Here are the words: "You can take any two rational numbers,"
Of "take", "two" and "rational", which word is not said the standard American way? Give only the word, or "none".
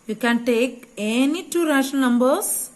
rational